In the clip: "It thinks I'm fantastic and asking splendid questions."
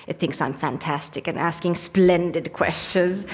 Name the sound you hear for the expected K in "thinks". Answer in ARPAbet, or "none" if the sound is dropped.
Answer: K